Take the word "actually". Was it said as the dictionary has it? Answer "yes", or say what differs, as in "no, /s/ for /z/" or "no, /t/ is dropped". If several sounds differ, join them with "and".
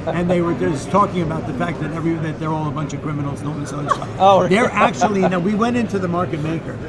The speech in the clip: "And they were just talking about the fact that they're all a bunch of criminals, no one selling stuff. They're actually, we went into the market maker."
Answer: no, /n/ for /l/